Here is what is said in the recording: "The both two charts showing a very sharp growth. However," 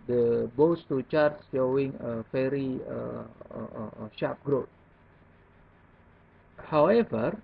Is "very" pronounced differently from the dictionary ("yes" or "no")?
yes